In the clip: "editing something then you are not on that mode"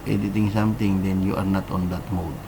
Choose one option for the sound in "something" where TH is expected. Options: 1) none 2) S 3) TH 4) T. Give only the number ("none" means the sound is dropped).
4